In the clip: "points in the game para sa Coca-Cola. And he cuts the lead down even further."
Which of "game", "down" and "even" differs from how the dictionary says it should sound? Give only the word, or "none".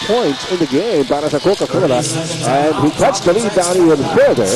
even